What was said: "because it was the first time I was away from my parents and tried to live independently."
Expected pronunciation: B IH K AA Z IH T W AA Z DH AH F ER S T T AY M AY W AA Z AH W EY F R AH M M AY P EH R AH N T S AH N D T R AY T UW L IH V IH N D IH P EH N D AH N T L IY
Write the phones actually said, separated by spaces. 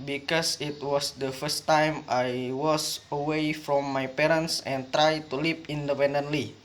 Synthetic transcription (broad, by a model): B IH K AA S IH T W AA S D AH F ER S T T AY M AY W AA S AH W EY F R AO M M AY P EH R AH N S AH N T R AY T UW L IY P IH N D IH P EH N D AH N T L IY